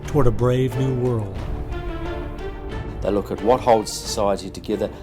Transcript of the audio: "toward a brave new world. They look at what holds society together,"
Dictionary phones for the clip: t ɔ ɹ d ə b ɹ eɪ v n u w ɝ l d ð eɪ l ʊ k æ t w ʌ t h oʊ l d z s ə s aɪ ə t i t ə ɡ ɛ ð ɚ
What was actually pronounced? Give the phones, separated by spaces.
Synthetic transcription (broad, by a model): t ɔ ɹ d ə b ɹ eɪ v n u w ɝ l d ð eɪ l ʊ k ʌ t w ʌ t h oʊ l d z s ə s aɪ ə t i t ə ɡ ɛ ð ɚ